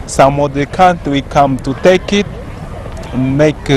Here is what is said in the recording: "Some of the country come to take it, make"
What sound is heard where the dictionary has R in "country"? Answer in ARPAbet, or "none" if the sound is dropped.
W